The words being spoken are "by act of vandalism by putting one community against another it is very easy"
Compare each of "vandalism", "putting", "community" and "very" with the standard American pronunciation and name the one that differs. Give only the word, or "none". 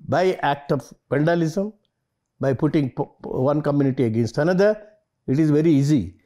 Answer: vandalism